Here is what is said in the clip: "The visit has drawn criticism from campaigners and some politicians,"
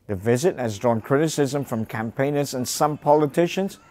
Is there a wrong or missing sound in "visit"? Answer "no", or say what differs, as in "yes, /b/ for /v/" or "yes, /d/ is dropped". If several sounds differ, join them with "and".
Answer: no